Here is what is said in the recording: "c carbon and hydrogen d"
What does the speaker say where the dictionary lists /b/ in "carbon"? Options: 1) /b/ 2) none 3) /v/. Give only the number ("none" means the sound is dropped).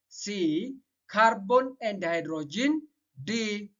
1